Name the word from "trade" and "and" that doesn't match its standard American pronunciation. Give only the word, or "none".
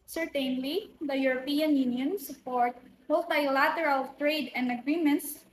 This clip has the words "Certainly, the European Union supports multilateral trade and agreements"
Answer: none